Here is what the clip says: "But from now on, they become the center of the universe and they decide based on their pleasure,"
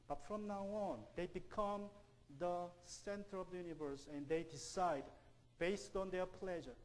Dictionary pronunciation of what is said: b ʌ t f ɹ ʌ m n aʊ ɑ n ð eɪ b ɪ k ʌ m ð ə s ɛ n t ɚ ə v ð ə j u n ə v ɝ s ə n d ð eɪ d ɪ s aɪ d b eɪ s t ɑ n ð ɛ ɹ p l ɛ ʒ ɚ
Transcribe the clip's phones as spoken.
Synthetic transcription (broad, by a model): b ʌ t f ɹ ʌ m n aʊ ɑ n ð eɪ b ɪ k ʌ m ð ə s ɛ n t ɚ ə v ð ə j u n ə v ɝ s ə n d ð eɪ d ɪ s aɪ d b eɪ s t ɑ n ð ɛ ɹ p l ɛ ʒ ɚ